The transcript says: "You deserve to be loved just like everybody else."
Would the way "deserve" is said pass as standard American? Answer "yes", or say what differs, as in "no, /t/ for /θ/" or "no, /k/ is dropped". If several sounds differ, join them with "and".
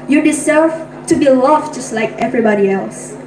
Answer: no, /s/ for /z/ and /f/ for /v/